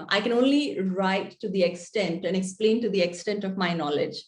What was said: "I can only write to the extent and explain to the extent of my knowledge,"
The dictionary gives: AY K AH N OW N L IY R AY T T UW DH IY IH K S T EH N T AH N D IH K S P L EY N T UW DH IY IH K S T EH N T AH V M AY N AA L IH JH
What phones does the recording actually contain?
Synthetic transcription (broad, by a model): AY K AH N OW N L IY R AY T T UW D IY IH K S T EH N T AH N D IH K S P L EY N T UW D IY IH K S T EH N T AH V M AY N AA L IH JH